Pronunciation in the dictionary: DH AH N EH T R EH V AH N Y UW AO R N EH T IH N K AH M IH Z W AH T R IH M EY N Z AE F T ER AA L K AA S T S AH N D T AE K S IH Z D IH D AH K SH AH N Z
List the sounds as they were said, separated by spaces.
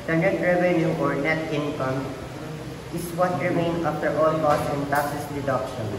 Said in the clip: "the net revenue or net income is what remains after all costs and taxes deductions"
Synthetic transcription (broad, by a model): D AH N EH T R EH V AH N Y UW AO R N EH T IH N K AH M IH S W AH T R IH M EY N AA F T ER AA L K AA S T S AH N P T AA S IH S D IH D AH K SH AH N